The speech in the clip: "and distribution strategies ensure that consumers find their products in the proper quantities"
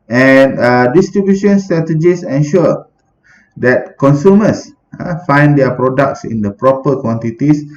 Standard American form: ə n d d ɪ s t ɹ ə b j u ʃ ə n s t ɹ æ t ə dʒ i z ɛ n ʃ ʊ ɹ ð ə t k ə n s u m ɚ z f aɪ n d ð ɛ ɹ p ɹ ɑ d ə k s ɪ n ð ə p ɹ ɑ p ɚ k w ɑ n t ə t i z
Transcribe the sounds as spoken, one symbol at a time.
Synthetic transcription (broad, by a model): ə n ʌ d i s t ɹ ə b j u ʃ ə n s t ɹ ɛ t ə dʒ i s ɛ n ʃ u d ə t k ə n s u m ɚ s f aɪ n d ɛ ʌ p ɹ ɑ d ə k s ɪ n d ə p ɹ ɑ p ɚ k w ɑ n t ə t i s